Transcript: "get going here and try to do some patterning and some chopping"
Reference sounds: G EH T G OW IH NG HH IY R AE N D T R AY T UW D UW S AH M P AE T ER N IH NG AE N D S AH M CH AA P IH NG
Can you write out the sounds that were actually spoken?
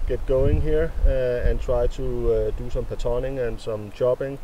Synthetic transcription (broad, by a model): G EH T G OW IH NG HH IY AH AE N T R AY S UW D UW S AH M P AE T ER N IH NG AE N S AH M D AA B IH NG